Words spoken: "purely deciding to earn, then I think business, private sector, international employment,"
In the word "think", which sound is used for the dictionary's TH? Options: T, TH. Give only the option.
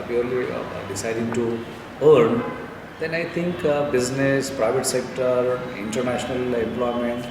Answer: T